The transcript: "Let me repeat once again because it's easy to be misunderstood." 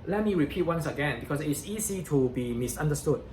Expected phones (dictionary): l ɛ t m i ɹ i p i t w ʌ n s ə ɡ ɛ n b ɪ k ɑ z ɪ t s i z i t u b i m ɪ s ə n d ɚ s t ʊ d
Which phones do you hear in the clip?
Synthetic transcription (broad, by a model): l ɛ t m i ɹ i p i t w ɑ n s ə ɡ ɛ n b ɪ k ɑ s ɪ t s i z i t u b i m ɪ s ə n d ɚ s t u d